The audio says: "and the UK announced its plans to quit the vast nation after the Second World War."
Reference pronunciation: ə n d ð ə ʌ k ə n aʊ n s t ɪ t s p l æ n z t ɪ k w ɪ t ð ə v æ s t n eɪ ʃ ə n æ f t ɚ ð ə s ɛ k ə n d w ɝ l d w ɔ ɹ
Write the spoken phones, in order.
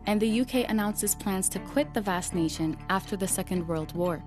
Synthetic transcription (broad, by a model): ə n ð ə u k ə n aʊ n s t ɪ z p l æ n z t ɪ k w ɪ t ð ə v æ s n eɪ ʃ ə n æ f t ɚ ð ə s ɛ k ə n d w ɝ l d w ɔ ɹ